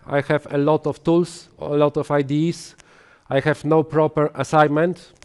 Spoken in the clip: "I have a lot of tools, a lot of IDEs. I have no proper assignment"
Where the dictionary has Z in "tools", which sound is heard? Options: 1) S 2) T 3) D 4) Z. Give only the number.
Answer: 1